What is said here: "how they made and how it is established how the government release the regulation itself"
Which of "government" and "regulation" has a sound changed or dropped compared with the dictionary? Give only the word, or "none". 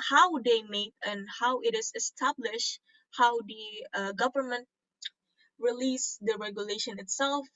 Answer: none